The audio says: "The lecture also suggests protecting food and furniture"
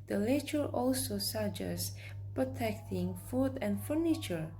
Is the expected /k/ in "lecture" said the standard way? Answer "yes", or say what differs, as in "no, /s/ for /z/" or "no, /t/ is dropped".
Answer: no, /k/ is dropped